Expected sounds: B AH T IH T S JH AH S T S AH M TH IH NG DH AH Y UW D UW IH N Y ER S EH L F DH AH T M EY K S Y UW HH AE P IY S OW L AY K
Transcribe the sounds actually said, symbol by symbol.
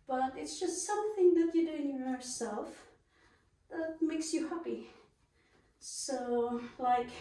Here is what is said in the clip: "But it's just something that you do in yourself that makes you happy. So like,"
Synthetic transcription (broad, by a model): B AH T IH T S JH AH S T S AH M TH IH NG DH AH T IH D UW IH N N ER S EH L F DH AH T M EY K S Y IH HH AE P IY S OW L AY K